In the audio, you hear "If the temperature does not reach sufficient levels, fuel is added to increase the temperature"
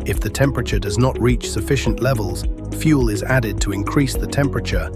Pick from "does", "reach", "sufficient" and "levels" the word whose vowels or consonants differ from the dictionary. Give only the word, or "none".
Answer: none